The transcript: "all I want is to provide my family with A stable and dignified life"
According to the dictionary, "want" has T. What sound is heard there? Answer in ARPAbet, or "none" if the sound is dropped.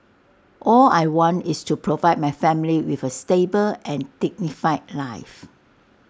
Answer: T